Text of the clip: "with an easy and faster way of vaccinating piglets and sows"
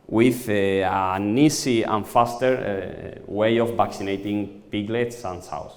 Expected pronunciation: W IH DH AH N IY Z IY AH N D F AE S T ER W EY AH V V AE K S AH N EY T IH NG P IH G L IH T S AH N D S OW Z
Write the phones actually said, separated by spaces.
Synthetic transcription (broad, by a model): W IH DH AH N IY S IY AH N F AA S T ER W EY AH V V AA K S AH N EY T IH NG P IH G L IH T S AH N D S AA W